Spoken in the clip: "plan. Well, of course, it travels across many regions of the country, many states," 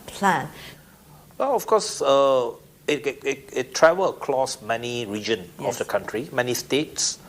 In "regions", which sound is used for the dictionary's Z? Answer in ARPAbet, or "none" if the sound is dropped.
none